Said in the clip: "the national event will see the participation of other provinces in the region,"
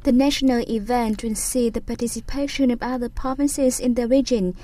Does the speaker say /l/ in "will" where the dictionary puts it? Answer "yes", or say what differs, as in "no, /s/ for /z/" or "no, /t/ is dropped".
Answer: no, /n/ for /l/